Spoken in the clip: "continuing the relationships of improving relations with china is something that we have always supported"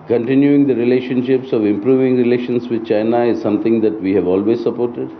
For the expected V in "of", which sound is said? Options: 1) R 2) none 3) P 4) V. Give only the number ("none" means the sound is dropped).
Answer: 4